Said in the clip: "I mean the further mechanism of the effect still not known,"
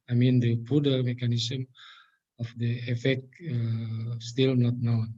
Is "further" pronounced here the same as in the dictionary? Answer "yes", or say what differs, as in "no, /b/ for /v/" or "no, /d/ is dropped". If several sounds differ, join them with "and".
no, /p/ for /f/